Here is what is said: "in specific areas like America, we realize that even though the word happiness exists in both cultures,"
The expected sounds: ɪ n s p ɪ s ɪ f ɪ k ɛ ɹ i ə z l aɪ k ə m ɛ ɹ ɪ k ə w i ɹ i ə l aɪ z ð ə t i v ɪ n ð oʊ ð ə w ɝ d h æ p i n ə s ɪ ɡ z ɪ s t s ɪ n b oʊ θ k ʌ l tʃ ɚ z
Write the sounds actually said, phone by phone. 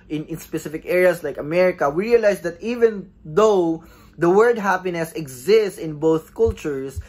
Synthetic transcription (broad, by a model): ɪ n s p ɪ s ɪ f ɪ k ɛ ɹ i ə s l aɪ k ə m ɛ ɹ ɪ k ə w i ɹ i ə l aɪ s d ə t i v ɪ n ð oʊ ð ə w ɝ d h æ p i n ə s ɪ ɡ z ɪ s t s ɪ n b oʊ θ k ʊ l tʃ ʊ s